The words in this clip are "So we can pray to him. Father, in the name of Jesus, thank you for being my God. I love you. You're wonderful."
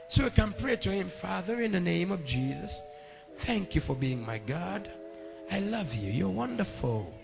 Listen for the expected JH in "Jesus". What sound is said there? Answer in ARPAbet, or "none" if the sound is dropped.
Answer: JH